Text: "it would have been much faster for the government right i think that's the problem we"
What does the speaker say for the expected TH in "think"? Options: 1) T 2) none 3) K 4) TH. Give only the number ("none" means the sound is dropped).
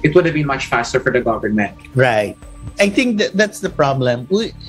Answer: 1